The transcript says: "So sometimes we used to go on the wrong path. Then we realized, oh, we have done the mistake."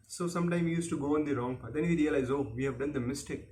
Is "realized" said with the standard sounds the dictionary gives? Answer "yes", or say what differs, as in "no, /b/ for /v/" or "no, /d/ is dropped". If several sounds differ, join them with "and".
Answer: no, /d/ is dropped